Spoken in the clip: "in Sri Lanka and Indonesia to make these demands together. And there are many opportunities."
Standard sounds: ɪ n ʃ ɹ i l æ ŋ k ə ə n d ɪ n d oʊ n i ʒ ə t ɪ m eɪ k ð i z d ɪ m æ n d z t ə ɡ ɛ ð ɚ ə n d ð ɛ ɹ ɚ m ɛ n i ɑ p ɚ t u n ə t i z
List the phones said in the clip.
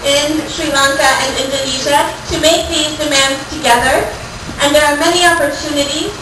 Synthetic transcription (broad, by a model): ɪ n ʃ ɹ i l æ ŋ k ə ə n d ɪ n d oʊ n i ʒ ə t ɪ m eɪ k ð i z d ɪ m æ n d z t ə ɡ ɛ ð ɚ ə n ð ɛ ɹ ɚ m ɛ n i ɑ p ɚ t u n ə t i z